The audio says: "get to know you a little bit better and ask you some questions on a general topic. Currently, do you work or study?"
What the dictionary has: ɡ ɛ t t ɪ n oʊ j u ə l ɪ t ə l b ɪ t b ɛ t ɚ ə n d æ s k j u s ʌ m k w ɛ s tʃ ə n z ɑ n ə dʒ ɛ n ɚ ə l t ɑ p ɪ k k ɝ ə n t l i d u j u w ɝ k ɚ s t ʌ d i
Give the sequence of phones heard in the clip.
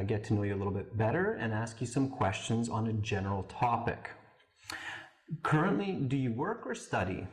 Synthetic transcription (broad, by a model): ɡ ɛ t t ɪ n oʊ j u ə l ɪ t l b ɪ t b ɛ t ɚ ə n æ s k j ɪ s ʌ m k w ɛ s tʃ ə n z n ə dʒ ɛ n ɚ l t ɑ p ɪ k k ɝ ə n t l i d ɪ j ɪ w ɝ k ɚ s t ʌ d i